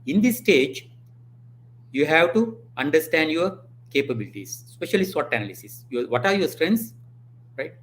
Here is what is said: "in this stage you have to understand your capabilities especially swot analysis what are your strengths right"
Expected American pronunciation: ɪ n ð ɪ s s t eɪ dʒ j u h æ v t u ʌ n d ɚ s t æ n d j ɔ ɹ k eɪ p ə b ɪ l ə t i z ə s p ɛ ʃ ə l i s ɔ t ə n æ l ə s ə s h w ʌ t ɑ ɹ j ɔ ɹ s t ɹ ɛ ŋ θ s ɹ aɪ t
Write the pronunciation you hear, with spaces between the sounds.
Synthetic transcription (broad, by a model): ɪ n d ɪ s s t eɪ dʒ j u h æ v t u ʌ n d ɚ s t æ n d j ɔ ɹ k eɪ p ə b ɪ l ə t i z s p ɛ ʃ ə l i s ɔ t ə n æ l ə s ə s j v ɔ t ɑ ɹ j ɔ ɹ s t ɹ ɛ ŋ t s ɹ aɪ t